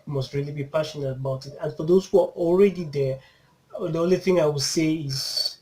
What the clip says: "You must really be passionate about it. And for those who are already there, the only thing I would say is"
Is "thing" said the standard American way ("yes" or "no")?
yes